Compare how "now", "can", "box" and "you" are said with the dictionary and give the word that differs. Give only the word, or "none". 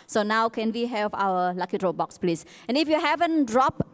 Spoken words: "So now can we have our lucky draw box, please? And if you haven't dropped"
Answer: none